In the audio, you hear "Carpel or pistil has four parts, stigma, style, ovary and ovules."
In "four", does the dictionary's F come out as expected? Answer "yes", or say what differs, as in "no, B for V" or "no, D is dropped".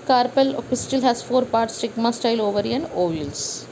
yes